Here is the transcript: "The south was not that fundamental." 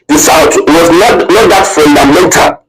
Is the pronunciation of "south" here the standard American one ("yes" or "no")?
no